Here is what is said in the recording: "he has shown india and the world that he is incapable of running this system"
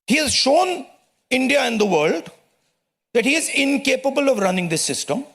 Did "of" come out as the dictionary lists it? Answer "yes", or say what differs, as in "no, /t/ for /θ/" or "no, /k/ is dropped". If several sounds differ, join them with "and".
yes